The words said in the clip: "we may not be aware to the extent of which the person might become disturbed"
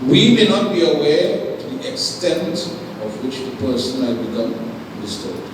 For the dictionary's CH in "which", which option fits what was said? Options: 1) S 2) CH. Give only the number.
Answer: 2